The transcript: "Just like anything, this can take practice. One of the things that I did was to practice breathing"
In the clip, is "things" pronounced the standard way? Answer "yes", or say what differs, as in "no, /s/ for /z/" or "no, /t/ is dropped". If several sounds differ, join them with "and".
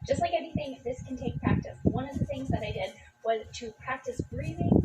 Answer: yes